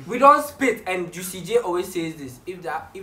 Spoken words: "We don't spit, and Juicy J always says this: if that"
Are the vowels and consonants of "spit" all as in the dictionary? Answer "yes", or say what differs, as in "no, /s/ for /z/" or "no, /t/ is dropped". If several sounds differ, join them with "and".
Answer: yes